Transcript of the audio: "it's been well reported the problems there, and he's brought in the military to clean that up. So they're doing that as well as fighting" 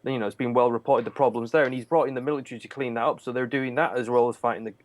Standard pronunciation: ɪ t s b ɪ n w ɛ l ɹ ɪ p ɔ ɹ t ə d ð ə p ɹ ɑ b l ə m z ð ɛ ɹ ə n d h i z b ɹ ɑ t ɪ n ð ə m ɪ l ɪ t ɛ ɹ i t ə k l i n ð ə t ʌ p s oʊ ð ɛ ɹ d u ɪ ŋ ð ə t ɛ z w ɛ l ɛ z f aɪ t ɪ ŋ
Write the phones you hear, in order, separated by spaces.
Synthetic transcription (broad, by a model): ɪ t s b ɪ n w ɛ l ɹ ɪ p ɔ ɹ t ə d ð ə p ɹ ɑ b l ə m z ð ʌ ɹ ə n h i z b ɹ ɑ t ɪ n ð ə m ɪ l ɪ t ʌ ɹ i t ə k l i n ð ə t ʌ p s oʊ ð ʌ ɹ d u ɪ ŋ ð ə t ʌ z w ɛ l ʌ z f aɪ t ɪ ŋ